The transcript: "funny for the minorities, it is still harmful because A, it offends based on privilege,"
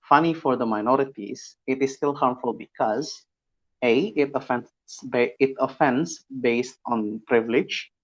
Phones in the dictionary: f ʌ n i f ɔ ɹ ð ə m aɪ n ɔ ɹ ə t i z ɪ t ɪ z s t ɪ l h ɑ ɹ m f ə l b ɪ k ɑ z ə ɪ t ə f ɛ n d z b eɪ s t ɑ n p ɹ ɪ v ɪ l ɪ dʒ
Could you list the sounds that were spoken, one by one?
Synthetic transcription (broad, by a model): f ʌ n i f ɔ ɹ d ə m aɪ n ɔ ɹ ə t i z ɪ t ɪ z s t ɪ l h ɑ ɹ m f ə l b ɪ k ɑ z ə ɪ t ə f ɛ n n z b eɪ s t ɑ n p ɹ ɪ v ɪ l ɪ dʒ